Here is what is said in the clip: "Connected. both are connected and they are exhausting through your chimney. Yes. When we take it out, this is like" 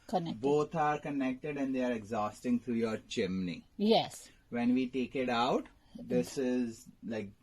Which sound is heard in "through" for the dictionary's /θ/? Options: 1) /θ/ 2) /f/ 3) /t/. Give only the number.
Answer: 3